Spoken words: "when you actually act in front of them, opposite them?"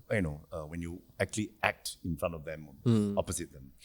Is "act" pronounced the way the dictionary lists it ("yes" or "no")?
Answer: yes